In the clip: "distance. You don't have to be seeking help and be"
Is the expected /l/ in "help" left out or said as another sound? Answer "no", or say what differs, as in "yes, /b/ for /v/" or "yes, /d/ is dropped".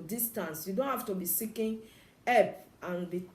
yes, /l/ is dropped